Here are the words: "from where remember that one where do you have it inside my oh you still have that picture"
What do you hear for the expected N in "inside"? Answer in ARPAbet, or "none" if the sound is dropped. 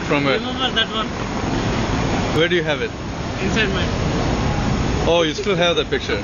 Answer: none